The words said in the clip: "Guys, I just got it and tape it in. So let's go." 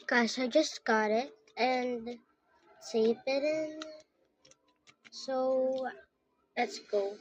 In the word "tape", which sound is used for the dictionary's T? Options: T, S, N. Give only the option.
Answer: S